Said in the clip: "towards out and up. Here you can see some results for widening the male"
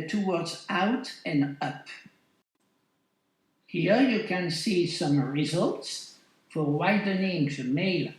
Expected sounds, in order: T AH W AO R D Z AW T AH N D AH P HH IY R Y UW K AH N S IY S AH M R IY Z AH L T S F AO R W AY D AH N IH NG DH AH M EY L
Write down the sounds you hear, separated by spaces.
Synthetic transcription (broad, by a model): T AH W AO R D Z AW T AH N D AH P HH IY R Y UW K AH N S IY S AH M R IY Z AH L T S F AO R W AY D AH N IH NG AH M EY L